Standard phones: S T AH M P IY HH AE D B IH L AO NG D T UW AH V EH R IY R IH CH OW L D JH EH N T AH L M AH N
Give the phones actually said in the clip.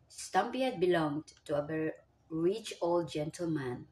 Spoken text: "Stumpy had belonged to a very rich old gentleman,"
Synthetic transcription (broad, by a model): S T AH M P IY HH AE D B IH L AO NG D T UW AH B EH R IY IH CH OW L D JH EH N T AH L M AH N